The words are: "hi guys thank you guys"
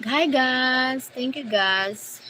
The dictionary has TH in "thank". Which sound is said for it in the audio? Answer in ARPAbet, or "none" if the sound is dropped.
T